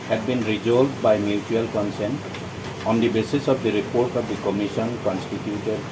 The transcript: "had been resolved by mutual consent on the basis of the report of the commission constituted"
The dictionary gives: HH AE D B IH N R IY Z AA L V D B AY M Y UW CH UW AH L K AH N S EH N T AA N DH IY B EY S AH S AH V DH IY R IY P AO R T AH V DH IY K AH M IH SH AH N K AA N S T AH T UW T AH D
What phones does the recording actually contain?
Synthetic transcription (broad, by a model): HH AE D B IH N R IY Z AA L D B AY M Y UW CH UW AH L K AH N S EH N T AA N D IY B EY S AH S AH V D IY R IY P AO R T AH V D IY K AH M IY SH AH N K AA N S T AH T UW T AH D